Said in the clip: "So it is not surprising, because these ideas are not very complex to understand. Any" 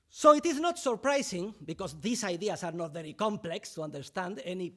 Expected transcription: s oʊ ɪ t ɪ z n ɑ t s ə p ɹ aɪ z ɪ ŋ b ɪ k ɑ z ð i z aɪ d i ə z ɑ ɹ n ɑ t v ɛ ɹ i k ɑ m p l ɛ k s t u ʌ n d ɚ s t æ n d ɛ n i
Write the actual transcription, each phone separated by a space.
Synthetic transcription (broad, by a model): s oʊ ɪ t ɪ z n ɑ t s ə p ɹ aɪ s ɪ ŋ b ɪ k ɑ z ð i s aɪ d i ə s ɑ ɹ n ɑ t v ɛ ɹ i k ɑ m p l ɛ k s t u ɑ n d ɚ s t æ n d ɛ n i